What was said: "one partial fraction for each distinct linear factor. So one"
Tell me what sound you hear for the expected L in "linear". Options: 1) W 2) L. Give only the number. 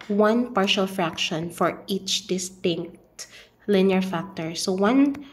2